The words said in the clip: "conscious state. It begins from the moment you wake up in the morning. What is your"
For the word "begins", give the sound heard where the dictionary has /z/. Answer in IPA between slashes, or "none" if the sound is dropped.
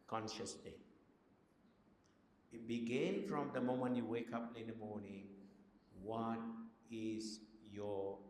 none